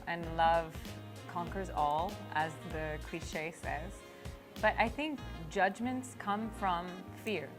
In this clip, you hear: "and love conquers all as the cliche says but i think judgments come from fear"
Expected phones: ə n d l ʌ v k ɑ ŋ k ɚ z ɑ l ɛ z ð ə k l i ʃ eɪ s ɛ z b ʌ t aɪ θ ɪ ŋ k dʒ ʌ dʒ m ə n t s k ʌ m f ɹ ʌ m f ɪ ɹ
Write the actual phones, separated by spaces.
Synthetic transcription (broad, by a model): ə n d l ʌ v k ɑ ŋ k ɚ z ɑ l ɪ z ð ə k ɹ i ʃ eɪ s ɛ z b ʌ t aɪ θ ɪ ŋ k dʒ ʌ dʒ m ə n t s k ʌ m f ɹ ʌ m f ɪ ɹ